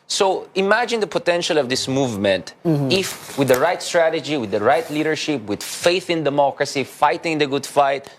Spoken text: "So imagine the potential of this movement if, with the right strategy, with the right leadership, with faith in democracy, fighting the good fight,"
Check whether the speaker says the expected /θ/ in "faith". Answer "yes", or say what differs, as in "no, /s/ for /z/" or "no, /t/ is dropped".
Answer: yes